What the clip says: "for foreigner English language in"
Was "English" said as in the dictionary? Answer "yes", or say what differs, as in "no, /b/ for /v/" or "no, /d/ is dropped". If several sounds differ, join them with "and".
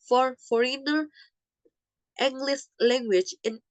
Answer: no, /s/ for /ʃ/